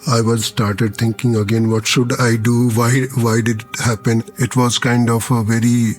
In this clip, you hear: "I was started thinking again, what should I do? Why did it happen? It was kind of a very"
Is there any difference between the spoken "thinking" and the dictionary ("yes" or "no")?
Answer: yes